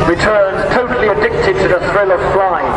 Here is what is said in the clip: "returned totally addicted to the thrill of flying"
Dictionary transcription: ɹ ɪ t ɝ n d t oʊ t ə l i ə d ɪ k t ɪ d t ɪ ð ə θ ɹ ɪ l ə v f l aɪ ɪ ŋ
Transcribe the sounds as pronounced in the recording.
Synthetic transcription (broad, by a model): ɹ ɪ t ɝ n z t oʊ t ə l i ə d ɪ k t ɪ d t ɪ ð ə θ ɹ ɪ l ə v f l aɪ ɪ